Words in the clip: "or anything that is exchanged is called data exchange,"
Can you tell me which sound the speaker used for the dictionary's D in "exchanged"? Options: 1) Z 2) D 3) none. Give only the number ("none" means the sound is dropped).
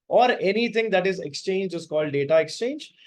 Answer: 3